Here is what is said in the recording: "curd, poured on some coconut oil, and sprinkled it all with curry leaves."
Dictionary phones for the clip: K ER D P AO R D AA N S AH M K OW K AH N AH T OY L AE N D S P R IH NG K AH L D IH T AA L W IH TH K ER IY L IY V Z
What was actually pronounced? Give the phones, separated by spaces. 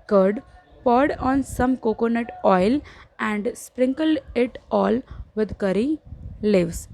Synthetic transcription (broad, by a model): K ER D P AO R D AA N S AH M K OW K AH N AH T OY L AE N D S P R IH NG K AH L D IH T AA L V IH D K ER IY L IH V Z